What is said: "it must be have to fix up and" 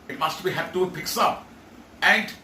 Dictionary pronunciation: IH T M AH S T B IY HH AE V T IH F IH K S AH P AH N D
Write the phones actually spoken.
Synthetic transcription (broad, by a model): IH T M AH S T B IY HH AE P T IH P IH K S AH P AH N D